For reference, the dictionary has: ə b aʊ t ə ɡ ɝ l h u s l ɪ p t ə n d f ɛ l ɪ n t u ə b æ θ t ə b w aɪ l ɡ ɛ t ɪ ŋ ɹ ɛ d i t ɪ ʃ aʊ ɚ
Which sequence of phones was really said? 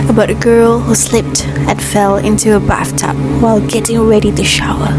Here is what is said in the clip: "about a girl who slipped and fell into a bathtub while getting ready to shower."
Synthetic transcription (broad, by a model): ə b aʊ t ə ɡ ɝ l h u s l ɪ p t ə n f ɛ l ɪ n t u ə b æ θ t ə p w aɪ l ɡ ɛ t ɪ ŋ ɹ ɛ d i t ɪ ʃ aʊ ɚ